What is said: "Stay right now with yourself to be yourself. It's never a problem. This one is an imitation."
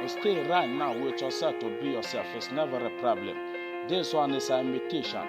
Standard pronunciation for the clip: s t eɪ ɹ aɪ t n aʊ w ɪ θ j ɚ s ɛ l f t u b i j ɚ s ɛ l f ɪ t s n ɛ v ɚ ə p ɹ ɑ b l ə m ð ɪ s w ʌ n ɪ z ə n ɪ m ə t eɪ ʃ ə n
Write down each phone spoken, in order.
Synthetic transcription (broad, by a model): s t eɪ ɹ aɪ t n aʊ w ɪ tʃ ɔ s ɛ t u b i j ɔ s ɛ l f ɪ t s n ɛ v ɚ ə p ɹ ɑ b l ə m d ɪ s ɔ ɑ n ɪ s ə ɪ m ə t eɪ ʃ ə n